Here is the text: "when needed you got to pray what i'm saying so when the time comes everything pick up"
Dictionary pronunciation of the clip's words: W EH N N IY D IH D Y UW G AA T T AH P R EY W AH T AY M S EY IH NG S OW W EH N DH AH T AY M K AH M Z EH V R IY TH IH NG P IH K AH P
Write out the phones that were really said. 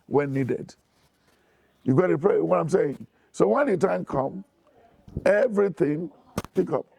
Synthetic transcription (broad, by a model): W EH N N IY D IH D Y UW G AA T T AH P R EY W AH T AY M S EY IH NG S OW W EH N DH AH T AY M K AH M EH V R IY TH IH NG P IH K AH P